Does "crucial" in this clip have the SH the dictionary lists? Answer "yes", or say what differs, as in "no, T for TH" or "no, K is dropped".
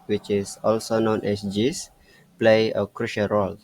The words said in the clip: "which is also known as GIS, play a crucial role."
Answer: yes